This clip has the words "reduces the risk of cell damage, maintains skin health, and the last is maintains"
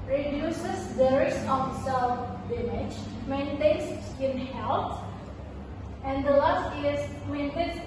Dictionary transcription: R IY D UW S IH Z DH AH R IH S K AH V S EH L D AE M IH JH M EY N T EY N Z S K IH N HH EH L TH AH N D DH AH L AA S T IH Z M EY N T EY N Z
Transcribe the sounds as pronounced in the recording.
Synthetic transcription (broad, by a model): R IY D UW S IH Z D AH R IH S AH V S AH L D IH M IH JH M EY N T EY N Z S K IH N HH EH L T AH N D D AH L AA S T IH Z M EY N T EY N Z